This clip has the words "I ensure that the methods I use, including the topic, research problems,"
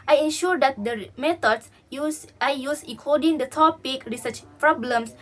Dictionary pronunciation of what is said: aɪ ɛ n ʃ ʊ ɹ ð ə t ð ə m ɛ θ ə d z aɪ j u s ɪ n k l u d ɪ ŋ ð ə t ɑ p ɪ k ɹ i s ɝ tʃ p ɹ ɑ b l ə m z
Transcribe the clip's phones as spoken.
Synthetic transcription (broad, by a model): aɪ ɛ n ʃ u ɹ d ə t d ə m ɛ t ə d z aɪ j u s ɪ k ɔ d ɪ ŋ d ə t ɑ p ɪ k ɹ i s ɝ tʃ p ɹ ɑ b l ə m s